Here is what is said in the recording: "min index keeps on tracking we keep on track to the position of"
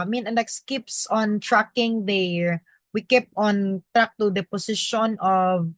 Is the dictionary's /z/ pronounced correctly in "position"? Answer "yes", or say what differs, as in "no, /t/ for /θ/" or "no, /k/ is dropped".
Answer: no, /s/ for /z/